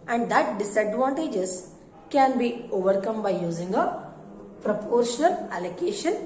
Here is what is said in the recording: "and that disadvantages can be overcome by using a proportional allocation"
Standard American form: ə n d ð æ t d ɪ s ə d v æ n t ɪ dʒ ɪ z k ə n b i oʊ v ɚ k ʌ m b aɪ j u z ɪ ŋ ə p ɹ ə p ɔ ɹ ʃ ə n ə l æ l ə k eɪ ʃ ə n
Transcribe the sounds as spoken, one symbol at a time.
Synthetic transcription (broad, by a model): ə n d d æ t d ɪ s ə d v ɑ n t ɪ dʒ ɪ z k ə n b i oʊ v ɚ k ʌ m b aɪ j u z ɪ ŋ ə p ɹ ə p ɔ ɹ ʃ ə n ə l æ l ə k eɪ ʃ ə n